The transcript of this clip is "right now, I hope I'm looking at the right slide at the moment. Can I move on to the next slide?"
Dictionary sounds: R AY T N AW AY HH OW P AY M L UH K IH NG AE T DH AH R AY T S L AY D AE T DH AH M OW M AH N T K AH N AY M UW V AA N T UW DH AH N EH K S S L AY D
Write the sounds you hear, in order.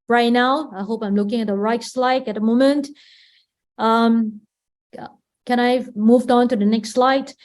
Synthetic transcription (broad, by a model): R AY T N AW AY HH OW P AY M L UH K IH NG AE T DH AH R AY T S L AY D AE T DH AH M OW M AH N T K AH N AY M UW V AA N T UW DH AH N EH K S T L AY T